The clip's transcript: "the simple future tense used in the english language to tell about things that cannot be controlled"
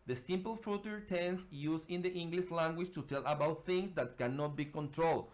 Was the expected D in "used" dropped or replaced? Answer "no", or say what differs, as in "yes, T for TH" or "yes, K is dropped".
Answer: yes, D is dropped